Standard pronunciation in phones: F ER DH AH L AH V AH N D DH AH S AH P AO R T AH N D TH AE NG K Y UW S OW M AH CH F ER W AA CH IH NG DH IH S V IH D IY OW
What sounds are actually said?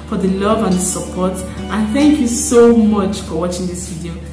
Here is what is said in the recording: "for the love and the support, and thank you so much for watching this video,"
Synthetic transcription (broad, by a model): F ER DH AH L AH V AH N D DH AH S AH P AO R T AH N TH AE NG K Y UW S OW M AH CH F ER W AA CH IH NG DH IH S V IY D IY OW